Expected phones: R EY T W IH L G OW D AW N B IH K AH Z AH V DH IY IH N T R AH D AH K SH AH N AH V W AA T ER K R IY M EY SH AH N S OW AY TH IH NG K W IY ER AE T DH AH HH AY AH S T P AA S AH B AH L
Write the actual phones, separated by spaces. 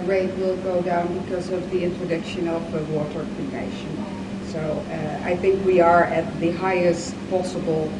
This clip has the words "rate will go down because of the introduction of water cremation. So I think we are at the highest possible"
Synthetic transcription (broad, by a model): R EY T W IH L G OW D AW N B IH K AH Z AH V DH IY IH N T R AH D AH K SH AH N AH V W AA T ER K IY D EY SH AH N S OW AY TH IH NG K W IY ER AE T DH AH HH AY AH S T P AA S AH B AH L